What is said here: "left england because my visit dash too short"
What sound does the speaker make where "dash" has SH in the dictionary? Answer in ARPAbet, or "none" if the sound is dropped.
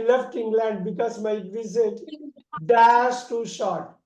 S